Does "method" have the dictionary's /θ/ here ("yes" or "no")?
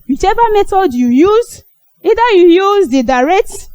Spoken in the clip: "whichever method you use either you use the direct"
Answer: no